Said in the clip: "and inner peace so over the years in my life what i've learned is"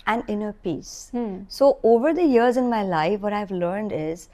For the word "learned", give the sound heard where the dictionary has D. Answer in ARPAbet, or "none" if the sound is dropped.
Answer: D